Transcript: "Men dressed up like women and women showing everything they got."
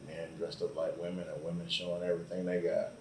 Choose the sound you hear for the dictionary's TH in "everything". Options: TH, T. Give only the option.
TH